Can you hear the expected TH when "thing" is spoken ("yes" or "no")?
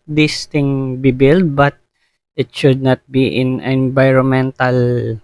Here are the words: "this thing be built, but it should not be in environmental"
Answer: no